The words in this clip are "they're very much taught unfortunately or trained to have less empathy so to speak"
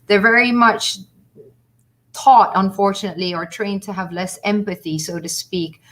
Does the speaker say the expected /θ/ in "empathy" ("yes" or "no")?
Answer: yes